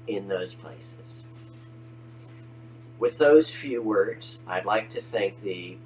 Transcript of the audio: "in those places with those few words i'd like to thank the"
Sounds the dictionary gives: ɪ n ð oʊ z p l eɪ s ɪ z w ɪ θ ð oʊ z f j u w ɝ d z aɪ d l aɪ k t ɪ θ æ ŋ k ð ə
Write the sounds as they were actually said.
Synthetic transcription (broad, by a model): ɪ n ð oʊ z p l eɪ s ɪ z w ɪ ð oʊ z f j u w ɝ d z aɪ d l aɪ k t ɪ θ æ ŋ k ð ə